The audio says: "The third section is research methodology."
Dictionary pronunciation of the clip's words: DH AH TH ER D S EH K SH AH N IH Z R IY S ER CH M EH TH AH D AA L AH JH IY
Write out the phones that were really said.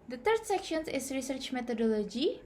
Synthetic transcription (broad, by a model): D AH T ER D S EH K SH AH N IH S R IY S ER CH M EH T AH D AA L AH JH IY